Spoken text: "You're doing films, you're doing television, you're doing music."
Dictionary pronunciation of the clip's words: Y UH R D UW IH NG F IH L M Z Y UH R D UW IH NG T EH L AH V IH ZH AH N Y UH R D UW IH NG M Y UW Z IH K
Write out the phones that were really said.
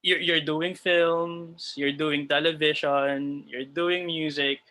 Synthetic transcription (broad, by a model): Y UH R D UW IH NG F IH L M S Y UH R D UW IH NG T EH L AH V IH SH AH N Y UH R D UW IH NG M Y UW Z IH K